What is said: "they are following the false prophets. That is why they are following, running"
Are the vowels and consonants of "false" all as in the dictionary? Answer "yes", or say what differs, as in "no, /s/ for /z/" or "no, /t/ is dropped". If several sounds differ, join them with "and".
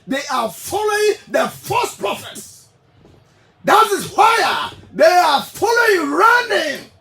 no, /l/ is dropped